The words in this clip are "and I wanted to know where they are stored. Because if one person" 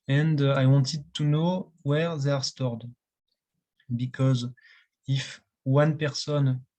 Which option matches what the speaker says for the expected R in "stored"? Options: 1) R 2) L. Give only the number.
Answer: 1